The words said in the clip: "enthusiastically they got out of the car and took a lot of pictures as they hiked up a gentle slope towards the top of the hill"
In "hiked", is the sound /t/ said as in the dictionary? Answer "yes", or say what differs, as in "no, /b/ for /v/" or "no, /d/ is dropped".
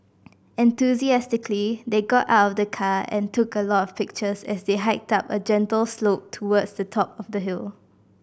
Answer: yes